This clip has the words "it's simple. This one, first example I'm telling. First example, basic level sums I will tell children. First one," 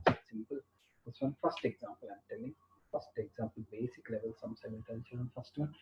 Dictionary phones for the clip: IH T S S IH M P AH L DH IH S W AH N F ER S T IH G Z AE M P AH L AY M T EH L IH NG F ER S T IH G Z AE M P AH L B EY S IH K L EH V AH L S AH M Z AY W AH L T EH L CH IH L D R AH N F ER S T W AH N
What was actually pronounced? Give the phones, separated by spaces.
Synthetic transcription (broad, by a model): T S S IH M P AH L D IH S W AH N F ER S T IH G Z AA M P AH L AY M T EH L IH NG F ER S T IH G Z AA M P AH L B EY S IH K L EH V AH L S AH M S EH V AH N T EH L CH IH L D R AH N F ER S T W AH N